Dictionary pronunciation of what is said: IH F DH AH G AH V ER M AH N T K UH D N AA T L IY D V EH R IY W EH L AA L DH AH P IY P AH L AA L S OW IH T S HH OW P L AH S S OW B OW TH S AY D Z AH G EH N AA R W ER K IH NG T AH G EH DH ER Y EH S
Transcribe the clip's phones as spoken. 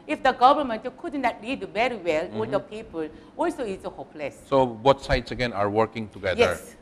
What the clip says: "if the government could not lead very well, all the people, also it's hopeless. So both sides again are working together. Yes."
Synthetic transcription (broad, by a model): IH F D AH G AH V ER M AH N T K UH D N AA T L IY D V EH R IY W EH L AA L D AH P IY P AH L AA L S OW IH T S HH OW P L AH S S OW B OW T S AY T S AH G EH N AA R W ER K IH NG T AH G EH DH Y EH S